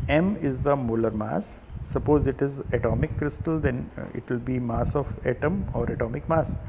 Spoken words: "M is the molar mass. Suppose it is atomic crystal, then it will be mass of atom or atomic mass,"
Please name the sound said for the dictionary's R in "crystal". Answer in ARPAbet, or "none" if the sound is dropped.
R